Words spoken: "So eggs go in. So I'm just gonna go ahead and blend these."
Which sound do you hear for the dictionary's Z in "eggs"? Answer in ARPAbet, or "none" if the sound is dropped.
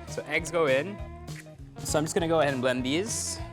Z